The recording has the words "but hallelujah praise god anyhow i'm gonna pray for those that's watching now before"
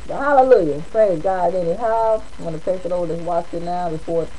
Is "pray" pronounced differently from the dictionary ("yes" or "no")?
yes